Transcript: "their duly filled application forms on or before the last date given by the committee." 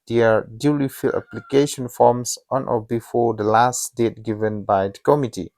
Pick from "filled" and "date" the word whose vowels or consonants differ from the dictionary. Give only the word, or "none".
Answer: filled